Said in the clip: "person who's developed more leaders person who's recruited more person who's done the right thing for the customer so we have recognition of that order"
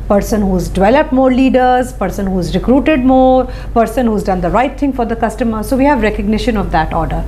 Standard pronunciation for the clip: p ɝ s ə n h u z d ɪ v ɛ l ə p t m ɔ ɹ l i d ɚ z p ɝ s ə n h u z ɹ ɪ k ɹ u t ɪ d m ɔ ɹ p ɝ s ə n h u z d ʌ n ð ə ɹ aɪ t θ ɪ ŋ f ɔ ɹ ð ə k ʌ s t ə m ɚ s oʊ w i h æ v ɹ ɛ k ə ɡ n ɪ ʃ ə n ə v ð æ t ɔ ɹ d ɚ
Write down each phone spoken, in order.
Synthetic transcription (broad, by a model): p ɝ s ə n h u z d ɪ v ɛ l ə p t m ɔ ɹ l i d ɚ z p ɝ s ə n h u z ɹ ɪ k ɹ u t ɪ d m ɔ ɹ p ɝ s ə n h u z d ʌ n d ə ɹ aɪ t t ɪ ŋ f ɔ ɹ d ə k ʌ s t ə m ɚ s oʊ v i h æ v ɹ ɛ k ə ɡ n ɪ ʃ ə n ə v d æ t ɔ ɹ d ɚ